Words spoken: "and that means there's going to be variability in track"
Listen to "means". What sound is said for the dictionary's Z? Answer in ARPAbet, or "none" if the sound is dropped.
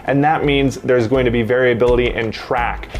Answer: Z